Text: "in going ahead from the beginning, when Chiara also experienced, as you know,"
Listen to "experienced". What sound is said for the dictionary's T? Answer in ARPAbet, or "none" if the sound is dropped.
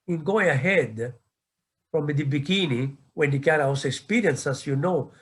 none